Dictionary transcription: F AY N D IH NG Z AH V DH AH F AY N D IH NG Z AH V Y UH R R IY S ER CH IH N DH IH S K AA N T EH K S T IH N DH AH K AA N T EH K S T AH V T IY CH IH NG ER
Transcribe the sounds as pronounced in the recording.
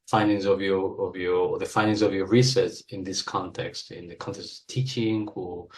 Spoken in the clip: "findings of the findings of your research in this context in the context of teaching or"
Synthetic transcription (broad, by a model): F AY N D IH NG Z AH V DH AH F AY N D IH NG Z AH V Y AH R R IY S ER S IH N DH IH S K AA N T EH K S T IH N DH AH K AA N T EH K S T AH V T IY CH IH NG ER